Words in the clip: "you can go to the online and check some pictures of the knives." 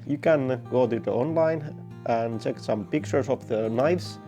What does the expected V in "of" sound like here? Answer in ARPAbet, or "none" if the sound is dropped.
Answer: P